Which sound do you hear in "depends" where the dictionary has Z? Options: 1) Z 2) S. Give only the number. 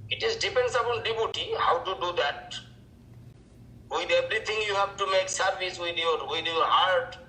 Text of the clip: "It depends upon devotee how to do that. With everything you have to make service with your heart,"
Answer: 2